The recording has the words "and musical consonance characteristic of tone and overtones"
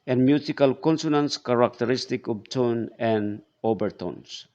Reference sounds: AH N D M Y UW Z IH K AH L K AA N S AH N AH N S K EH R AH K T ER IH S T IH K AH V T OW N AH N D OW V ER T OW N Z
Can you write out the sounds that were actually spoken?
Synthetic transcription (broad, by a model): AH N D M Y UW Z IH K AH L K AA N S AH N AH N S K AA R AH K T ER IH S T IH K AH B T OW N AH N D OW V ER T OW N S